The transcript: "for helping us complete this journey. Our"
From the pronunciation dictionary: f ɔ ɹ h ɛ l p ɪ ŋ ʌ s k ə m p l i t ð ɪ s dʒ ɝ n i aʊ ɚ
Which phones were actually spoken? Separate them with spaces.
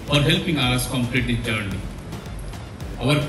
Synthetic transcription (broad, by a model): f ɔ ɹ h ɛ l p ɪ ŋ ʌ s k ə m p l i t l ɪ dʒ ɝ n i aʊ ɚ